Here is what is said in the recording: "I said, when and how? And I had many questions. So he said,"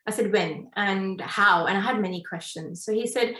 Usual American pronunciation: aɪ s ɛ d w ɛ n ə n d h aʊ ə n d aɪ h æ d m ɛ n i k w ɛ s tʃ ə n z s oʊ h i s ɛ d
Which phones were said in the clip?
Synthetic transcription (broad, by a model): aɪ s ɛ d w ɛ n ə n h aʊ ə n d aɪ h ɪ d m ɛ n i k w ɛ s tʃ ə n z s oʊ h i s ɛ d